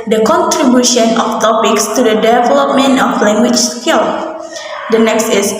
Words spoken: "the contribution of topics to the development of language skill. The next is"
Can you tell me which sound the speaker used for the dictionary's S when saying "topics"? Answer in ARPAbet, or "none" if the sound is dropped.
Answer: S